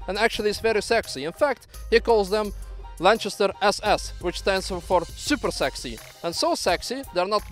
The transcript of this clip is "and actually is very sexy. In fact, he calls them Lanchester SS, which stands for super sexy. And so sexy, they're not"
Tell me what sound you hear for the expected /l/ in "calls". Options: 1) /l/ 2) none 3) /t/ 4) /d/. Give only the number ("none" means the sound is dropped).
1